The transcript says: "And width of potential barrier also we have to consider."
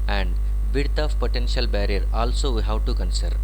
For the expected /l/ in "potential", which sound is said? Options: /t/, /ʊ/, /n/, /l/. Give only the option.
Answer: /l/